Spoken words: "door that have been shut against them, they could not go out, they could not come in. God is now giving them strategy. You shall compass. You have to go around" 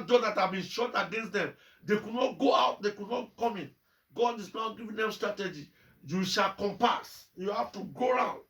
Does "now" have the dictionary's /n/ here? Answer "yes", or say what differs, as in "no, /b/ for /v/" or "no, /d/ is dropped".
yes